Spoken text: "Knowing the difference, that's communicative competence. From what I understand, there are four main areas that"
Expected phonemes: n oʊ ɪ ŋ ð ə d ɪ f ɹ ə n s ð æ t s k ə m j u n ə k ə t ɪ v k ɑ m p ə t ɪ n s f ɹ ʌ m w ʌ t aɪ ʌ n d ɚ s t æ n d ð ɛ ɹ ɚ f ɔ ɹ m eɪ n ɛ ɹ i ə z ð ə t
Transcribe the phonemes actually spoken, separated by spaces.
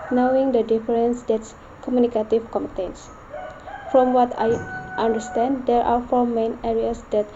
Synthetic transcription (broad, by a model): n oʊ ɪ ŋ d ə d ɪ f ɹ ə n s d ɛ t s k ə m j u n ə k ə t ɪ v k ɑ m ə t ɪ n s f ɹ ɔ m w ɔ t aɪ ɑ n d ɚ s t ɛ n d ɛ ɹ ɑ f ɔ ɹ m eɪ n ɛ ɹ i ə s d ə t